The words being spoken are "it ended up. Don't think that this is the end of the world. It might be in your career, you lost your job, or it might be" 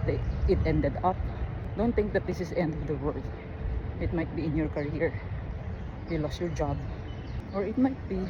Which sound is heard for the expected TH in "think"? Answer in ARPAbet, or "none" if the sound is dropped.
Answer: T